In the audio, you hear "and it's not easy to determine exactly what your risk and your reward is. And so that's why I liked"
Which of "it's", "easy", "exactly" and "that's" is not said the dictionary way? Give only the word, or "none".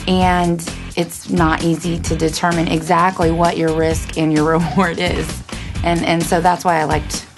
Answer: none